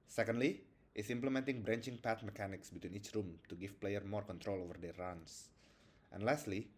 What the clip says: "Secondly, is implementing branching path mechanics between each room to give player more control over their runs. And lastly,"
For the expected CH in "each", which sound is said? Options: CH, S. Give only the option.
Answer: CH